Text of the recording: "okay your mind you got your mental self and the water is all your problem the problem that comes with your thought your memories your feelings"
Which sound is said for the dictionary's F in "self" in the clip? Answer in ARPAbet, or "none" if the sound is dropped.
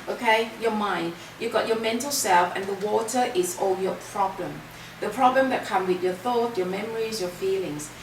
F